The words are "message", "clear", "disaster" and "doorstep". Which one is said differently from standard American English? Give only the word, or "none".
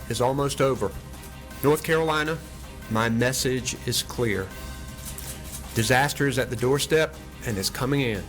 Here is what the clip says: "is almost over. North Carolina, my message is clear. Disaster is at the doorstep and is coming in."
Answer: none